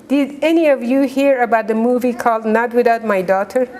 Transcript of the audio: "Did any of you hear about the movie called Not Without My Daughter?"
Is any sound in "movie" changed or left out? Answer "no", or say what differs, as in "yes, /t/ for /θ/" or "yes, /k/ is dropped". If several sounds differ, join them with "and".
no